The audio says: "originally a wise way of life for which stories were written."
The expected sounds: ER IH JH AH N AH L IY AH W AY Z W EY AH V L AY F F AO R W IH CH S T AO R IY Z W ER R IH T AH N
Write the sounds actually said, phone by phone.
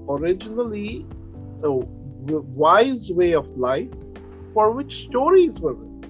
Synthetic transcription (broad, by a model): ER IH JH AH N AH L IY AH W AY Z W EY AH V L AY F F AO R W IH CH S T AO R IY Z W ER R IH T